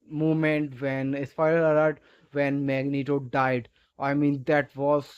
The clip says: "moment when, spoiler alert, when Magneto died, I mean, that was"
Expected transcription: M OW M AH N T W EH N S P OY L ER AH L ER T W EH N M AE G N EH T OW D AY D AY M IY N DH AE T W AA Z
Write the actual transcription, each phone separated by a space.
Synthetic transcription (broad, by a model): M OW M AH N T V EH N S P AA IH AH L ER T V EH N M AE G N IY T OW D AY D AY M IY N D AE T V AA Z